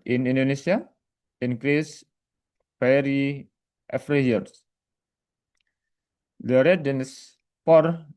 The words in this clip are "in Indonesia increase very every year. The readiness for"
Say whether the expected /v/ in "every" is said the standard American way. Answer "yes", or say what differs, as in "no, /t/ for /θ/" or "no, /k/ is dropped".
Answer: no, /f/ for /v/